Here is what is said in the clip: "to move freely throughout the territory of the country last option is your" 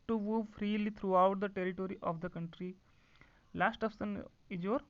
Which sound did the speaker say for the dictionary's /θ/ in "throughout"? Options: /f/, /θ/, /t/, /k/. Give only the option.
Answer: /t/